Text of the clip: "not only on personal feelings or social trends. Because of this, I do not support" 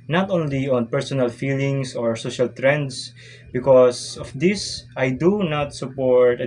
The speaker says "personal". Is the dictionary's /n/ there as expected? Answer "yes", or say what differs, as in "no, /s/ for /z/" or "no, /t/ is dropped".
yes